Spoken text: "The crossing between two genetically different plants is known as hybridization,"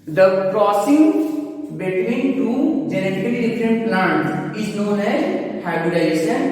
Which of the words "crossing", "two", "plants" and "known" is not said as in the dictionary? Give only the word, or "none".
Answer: plants